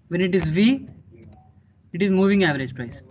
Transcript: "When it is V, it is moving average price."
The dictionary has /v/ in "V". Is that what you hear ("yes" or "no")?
yes